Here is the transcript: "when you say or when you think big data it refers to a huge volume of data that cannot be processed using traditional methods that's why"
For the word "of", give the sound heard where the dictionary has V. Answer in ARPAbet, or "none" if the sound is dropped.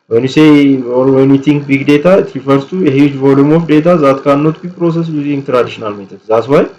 F